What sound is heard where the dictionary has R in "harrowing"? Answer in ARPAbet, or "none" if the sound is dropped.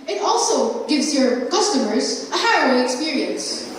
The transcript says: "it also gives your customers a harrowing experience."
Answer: none